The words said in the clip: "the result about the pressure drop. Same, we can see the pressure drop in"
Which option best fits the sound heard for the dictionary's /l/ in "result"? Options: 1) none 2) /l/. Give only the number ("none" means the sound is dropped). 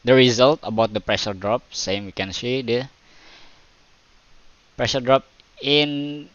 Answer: 2